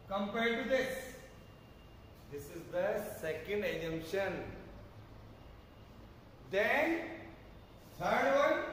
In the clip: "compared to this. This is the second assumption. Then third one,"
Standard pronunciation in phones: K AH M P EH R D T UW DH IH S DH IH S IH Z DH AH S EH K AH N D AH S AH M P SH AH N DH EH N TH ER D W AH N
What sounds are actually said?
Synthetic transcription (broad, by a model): K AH M P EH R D T UW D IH S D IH S IH Z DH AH S EH K AH N D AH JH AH M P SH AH N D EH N S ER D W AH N